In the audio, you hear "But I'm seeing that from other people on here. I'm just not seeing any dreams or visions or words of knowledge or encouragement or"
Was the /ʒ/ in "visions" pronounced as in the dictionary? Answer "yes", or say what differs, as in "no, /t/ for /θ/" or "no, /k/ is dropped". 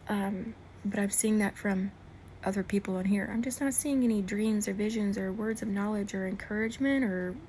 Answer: yes